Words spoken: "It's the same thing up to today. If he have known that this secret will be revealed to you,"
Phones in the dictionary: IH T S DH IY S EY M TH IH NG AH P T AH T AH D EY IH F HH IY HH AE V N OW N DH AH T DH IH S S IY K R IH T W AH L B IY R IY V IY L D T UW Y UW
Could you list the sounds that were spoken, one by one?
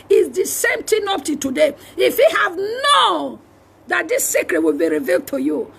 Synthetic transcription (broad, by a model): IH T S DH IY S EY M T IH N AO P T AH T AH D EY IH F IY HH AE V N OW N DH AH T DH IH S S IY K R IH T W AH L B IY R IY V IY L D T UW Y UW